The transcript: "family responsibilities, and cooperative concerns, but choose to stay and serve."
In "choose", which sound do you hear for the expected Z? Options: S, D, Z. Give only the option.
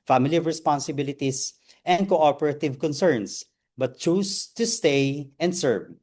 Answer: S